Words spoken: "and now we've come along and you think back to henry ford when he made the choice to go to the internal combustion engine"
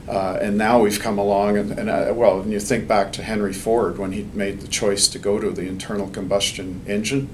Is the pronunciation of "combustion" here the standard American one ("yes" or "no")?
yes